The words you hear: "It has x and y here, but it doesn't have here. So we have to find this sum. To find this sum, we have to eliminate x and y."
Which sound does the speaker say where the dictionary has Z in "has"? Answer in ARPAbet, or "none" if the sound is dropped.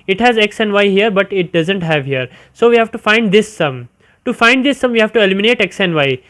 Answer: Z